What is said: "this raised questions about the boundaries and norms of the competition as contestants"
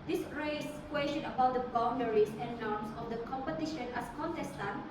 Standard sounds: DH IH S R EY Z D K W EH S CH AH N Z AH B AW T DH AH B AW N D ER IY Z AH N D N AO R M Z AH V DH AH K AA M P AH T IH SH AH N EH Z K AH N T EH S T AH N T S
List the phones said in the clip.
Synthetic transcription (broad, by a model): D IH S R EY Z K W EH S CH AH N AH B AW T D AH B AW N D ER IY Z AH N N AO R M S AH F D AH K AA M P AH T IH SH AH N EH S K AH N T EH S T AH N